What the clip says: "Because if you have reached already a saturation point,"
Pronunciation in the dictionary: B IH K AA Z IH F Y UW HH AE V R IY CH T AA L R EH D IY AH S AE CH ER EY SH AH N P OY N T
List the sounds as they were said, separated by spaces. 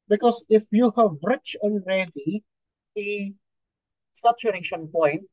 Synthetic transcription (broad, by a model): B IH K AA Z IH F Y UW HH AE V R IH CH AA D R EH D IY AH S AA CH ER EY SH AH N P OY N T